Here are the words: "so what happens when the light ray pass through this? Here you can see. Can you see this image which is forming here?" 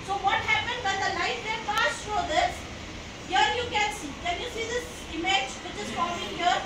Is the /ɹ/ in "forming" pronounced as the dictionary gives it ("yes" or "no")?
no